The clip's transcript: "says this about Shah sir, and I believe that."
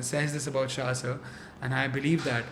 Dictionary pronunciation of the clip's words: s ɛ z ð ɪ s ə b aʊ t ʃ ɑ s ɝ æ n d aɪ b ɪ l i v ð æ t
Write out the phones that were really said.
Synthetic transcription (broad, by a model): s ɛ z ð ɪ s ə b aʊ t ʃ ɑ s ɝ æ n aɪ b ɪ l i v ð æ t